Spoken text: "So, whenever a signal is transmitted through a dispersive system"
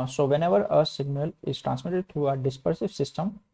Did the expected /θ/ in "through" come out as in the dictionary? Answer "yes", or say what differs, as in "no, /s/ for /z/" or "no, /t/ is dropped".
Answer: no, /t/ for /θ/